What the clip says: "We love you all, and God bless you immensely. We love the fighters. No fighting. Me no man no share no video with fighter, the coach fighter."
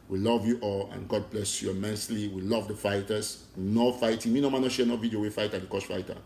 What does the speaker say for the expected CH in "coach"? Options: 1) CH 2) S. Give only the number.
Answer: 2